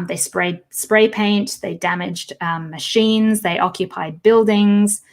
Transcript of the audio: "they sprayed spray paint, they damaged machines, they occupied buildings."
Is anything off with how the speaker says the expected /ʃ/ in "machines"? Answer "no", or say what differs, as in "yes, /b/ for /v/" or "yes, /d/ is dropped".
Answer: no